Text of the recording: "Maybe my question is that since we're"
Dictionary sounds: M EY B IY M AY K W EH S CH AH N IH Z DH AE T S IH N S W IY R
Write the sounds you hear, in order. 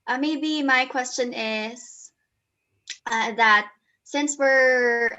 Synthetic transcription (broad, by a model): M EY B IY M AY K W EH S CH AH N IH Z DH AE T S IH N S W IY R